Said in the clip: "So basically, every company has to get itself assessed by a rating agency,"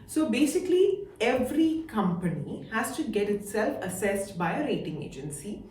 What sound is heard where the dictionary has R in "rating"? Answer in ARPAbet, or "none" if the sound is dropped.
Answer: R